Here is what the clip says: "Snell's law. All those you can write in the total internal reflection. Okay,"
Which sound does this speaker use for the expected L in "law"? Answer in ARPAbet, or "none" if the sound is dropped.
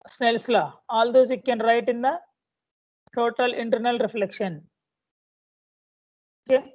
L